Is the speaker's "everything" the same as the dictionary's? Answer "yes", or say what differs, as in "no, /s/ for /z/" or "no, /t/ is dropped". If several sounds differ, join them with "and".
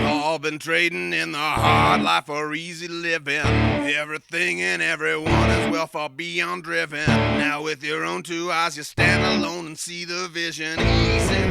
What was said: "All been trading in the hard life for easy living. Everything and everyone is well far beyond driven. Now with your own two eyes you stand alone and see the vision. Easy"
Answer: yes